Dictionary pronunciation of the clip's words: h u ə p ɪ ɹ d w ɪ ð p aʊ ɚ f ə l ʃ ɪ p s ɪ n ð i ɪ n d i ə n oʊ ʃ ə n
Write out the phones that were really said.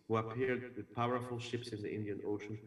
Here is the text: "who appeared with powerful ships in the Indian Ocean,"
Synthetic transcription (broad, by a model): h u ə p ɪ ɹ d w ɪ ð p aʊ ɚ f ə l ʃ ɪ p s ɪ n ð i ɪ n d i ə n oʊ ʃ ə n